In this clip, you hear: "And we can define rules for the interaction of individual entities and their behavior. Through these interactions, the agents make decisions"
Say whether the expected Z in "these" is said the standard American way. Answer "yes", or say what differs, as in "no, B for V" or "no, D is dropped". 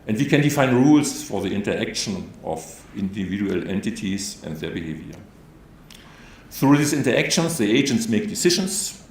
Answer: no, S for Z